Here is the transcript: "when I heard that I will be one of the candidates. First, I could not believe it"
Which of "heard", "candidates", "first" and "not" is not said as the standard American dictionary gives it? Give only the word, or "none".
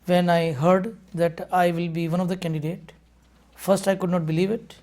candidates